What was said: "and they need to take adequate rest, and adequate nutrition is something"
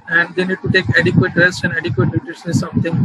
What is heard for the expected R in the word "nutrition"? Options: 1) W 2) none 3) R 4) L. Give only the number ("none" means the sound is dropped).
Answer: 2